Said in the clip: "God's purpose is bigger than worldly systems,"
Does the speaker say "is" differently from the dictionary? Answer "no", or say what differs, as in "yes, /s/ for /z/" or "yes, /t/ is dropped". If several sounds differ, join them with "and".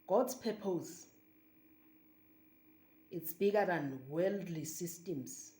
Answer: yes, /s/ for /z/